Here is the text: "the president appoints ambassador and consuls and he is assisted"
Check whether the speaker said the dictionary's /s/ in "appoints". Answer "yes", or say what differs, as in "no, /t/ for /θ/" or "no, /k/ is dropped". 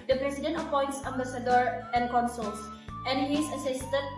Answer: yes